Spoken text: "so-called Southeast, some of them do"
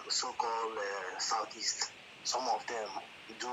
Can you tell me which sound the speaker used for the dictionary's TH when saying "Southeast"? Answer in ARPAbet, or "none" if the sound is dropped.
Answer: T